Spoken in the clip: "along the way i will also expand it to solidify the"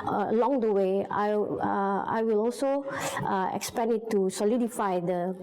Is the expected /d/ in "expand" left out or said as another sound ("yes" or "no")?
yes